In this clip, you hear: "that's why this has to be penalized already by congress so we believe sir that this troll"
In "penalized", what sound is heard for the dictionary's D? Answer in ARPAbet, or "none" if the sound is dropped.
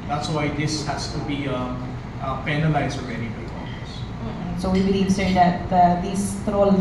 none